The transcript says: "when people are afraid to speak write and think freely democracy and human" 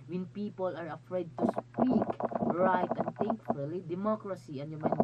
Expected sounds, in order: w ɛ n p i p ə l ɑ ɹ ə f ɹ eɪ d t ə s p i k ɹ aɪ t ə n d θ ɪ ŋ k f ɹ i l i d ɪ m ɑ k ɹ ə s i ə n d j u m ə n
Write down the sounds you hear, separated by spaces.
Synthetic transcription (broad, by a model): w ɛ n p i p ə l ɑ ɹ ə f ɹ eɪ d t ə s p i k ɹ aɪ t ə n d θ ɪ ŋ k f ʊ l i d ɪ m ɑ k ɹ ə s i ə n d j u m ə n